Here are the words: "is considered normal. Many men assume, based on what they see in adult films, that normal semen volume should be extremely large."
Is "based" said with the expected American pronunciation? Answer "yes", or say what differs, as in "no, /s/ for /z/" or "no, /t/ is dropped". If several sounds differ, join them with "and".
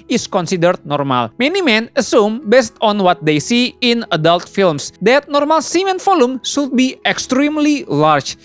yes